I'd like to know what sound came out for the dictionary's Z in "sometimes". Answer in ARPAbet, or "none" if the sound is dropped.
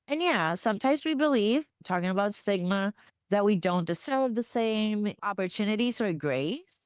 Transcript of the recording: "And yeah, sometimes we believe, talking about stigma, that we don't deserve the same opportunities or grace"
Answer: Z